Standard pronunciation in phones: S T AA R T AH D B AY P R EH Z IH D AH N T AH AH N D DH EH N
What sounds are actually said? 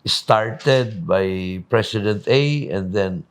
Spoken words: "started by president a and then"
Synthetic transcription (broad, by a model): S T AA R T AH D B AY P R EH S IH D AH N T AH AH N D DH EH N